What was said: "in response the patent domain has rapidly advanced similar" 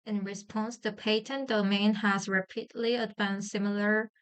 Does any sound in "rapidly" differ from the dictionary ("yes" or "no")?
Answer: no